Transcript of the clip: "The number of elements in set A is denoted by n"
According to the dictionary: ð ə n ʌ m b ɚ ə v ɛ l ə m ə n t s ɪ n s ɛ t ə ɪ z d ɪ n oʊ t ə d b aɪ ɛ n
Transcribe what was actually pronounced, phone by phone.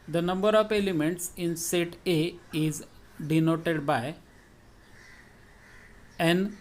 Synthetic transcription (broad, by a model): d ə n ʌ m b ɚ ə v ɛ l ə m ə n t s ɪ n s ɛ t ə ɪ z d ɪ n oʊ t ə d b aɪ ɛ n